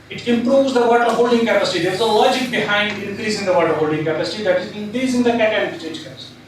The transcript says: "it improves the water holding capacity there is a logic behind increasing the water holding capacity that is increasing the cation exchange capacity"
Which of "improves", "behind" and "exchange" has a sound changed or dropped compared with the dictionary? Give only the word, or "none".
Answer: exchange